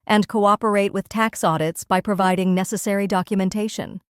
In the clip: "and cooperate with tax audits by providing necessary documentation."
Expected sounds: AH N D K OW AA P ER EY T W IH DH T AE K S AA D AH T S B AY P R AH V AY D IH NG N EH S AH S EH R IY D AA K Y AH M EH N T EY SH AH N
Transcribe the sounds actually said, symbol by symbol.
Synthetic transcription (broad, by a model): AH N K OW AA P ER EY T W IH DH T AE K S AA D AH T S B AY P R AH V AY D IH NG N EH S AH S EH R IY D AA K Y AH M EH N T EY SH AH N